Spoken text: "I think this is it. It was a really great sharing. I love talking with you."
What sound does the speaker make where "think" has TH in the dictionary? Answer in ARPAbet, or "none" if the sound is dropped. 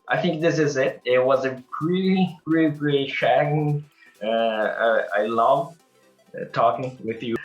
TH